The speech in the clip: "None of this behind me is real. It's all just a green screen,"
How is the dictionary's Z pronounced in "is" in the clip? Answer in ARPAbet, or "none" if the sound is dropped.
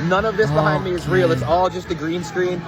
Z